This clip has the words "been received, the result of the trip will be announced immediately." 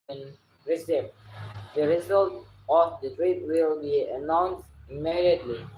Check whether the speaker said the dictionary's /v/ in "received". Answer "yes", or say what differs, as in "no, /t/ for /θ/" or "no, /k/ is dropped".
no, /p/ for /v/